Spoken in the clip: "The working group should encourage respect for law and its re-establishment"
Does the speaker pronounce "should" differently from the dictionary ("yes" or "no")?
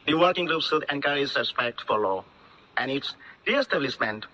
yes